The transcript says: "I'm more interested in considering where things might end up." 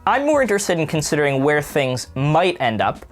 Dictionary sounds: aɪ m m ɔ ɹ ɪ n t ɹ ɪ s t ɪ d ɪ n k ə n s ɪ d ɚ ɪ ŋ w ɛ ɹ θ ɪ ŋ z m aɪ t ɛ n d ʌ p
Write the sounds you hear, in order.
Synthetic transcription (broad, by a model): aɪ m m ɔ ɹ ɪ n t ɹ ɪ s t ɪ d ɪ n k ə n s ɪ d ɚ ɪ ŋ w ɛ ɹ θ ɪ ŋ z m aɪ t ɛ n d ʌ p